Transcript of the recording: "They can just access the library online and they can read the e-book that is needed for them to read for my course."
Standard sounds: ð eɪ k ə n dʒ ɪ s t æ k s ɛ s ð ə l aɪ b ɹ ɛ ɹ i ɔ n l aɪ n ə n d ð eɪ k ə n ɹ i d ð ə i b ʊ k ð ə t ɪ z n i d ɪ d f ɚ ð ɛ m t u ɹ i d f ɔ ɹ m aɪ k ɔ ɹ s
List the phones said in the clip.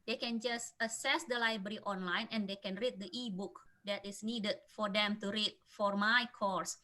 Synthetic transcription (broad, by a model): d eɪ k ə n dʒ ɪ s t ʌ s ɛ s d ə l aɪ b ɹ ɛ ɹ i ɔ n l aɪ n ə n d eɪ k ə n ɹ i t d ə i b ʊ k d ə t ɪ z n i d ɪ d f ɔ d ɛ m t u ɹ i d f ɔ ɹ m aɪ k ɔ ɹ s